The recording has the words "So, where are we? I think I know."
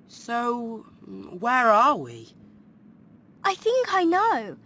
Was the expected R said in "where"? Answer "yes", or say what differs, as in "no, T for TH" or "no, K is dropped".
yes